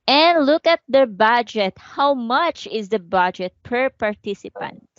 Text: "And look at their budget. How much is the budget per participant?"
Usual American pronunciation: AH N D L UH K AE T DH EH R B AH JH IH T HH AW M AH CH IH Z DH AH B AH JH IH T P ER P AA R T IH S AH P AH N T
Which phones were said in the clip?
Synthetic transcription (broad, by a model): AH N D L UH K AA T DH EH R B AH JH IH T HH AW M AH CH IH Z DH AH B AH JH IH T P ER P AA R T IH S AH P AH N T